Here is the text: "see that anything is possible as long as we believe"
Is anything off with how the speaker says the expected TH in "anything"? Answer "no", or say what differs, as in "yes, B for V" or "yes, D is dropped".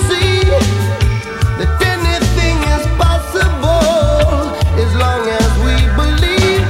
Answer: no